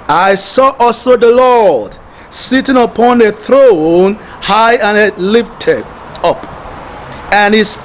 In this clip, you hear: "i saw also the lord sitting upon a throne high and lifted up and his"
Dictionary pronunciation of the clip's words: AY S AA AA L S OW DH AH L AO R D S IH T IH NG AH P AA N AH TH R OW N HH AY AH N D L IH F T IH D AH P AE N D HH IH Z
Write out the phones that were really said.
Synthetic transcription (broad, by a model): AY S AA AA L S OW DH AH L AO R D S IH T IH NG AH P AA N AH TH R OW N HH AY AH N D L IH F T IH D AH P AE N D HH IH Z